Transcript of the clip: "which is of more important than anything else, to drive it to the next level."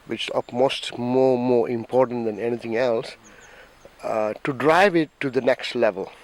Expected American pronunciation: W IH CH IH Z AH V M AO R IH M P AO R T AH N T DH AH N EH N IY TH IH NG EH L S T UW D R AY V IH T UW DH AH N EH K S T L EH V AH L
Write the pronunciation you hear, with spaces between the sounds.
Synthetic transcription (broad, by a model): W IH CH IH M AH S M AO R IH M P AO R T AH N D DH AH N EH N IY T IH NG EH L S T UW D R AY V IH T UW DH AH N EH K S T L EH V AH L